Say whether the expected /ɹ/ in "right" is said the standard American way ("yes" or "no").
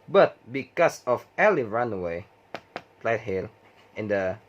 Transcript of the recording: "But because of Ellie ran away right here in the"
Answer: no